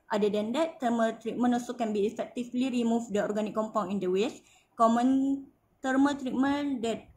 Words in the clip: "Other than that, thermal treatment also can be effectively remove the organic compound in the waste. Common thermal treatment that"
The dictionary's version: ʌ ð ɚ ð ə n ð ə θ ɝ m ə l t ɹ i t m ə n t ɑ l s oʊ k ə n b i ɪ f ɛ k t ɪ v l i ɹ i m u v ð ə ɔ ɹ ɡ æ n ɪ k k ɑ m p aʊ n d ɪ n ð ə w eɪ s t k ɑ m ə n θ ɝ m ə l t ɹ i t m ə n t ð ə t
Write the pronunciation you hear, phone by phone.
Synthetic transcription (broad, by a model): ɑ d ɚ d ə n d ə t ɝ m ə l t ɹ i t m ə n ɑ s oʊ k ə n b i f ɛ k t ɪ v l i ɹ i m u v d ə ɔ ɹ ɡ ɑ n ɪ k k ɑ m p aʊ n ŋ ɪ n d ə w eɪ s k ɑ m ə n t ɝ m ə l t ɹ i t m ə n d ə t